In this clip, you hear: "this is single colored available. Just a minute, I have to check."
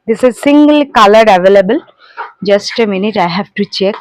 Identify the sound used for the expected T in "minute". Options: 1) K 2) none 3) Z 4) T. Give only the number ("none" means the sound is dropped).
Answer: 4